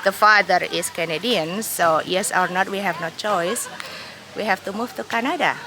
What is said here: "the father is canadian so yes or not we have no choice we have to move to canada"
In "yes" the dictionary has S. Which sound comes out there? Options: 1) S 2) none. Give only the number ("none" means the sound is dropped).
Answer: 1